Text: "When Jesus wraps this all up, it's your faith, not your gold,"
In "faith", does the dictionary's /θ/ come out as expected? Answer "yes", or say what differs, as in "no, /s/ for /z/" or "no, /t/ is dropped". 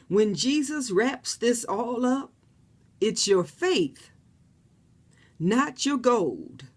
yes